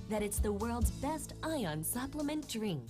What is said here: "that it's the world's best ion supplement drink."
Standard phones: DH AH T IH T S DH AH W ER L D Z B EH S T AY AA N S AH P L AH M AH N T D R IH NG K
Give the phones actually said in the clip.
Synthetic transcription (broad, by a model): DH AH T IH T S DH AH W ER L D Z B EH S T AY AA N S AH P L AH M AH N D R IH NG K